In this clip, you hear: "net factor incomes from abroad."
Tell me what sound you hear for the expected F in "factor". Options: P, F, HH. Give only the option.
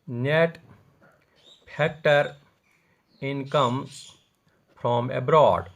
P